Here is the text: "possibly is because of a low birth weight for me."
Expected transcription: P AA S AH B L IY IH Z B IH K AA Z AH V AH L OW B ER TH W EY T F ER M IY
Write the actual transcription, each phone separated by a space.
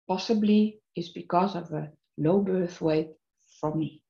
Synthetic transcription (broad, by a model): P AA S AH B L IY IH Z B IH K AA Z AH V AH L OW B ER TH W EY T F ER M IY